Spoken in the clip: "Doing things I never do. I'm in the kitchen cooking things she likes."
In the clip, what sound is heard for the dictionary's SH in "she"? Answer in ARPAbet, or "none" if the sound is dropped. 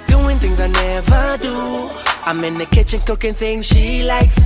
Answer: SH